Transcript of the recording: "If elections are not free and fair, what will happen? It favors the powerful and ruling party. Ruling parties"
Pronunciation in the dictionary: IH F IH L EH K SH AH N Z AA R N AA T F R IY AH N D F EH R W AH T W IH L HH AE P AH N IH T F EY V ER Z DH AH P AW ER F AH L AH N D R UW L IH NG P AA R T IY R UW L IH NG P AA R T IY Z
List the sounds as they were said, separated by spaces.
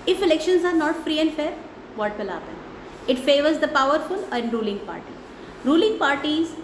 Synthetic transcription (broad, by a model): IH F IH L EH K SH AH N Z AA R N AA T F R IY AH N D F EH R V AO T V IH L HH AE P AH N IH T F EY V ER Z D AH P AW ER F AH L AH N D R UW L IH NG P AA R T IY R UW L IH NG P AA R T IY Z